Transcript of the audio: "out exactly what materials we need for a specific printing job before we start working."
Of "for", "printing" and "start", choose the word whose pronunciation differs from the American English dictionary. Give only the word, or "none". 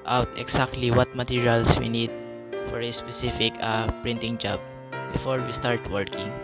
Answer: none